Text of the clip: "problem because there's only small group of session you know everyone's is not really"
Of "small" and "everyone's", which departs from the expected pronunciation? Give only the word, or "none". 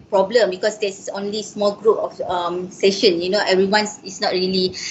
everyone's